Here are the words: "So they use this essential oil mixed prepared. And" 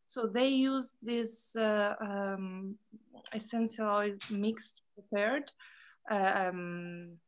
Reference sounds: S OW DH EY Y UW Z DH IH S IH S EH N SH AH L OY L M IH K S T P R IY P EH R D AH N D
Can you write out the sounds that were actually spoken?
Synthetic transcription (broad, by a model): S OW DH EY Y UW Z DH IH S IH S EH N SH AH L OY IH M IH K S T P R IY P EH R D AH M